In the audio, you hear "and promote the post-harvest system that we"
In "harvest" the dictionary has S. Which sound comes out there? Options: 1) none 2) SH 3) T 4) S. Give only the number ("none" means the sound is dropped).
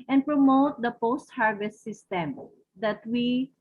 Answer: 4